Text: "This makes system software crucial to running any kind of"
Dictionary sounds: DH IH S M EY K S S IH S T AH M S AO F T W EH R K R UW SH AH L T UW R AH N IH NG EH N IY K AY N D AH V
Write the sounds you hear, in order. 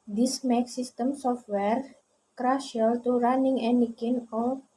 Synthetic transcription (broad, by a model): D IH S M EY K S S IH S T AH M S AO F T W EH R K R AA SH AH L T UW R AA N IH NG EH N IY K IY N AH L